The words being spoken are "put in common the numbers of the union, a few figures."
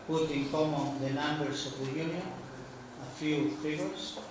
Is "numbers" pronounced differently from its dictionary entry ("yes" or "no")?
yes